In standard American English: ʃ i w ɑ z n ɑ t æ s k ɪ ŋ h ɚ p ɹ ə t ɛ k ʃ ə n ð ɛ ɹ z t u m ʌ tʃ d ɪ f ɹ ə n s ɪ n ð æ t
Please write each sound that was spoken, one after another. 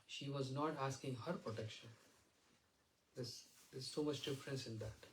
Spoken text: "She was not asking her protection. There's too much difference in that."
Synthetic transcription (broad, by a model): ʃ i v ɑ z n ɑ t æ s k ɪ ŋ h ɚ p ɹ ə t ɛ k ʃ ə n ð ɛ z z s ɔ m ʌ tʃ d ɪ f ɹ ə n s ɪ n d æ t